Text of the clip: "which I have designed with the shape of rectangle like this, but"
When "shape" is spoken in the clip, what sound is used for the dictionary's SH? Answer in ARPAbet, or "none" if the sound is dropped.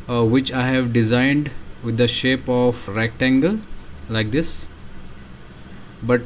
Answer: SH